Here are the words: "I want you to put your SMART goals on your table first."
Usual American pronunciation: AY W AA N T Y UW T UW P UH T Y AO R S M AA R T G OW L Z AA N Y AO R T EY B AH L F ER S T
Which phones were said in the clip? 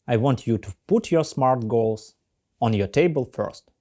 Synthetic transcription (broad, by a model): AY W AA N T Y UW T UW P UH T Y AO R S M AA R T G OW L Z AA N Y AO R T EY B AH L F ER S T